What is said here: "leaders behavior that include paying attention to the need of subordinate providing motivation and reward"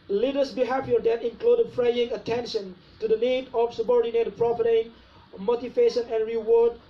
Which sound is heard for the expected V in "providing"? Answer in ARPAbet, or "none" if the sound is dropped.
F